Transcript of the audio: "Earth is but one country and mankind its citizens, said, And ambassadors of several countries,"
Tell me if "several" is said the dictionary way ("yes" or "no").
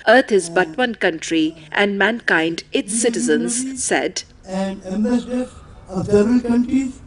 no